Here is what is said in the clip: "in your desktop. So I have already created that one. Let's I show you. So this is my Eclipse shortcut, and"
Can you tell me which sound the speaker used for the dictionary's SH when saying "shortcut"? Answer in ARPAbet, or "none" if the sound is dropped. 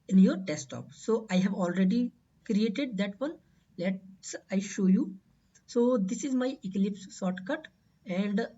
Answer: S